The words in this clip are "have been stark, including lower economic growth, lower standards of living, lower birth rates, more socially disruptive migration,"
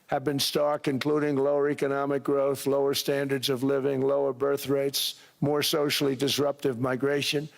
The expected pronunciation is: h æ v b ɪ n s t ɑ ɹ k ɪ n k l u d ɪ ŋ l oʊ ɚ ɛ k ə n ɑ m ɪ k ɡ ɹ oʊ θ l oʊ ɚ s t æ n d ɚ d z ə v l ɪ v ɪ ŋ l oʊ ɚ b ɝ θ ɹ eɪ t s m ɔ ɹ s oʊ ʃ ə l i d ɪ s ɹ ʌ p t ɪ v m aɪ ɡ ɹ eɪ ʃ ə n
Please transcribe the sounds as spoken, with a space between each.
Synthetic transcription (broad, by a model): h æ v b ɪ n s t ɑ ɹ k ɪ n k l u d ɪ ŋ l oʊ ɚ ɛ k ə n ɑ m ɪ k ɡ ɹ oʊ θ l oʊ ɚ s t æ n d ɚ d z ə v l ɪ v ɪ ŋ l oʊ ɚ b ɝ θ ɹ eɪ t s m ɔ ɹ s oʊ ʃ l i d ɪ s ɹ ʌ p t ɪ v m aɪ ɡ ɹ eɪ ʃ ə n